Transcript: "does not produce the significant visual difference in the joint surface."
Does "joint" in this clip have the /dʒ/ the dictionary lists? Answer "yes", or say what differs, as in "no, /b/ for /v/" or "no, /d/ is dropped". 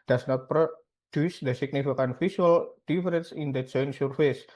no, /tʃ/ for /dʒ/